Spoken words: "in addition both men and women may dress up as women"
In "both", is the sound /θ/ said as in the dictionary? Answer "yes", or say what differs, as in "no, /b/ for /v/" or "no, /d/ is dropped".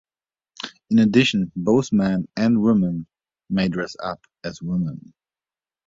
yes